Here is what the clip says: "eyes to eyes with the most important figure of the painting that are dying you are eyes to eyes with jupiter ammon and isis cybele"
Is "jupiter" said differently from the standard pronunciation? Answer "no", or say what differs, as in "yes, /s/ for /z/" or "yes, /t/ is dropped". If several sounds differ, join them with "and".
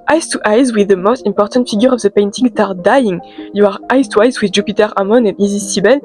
no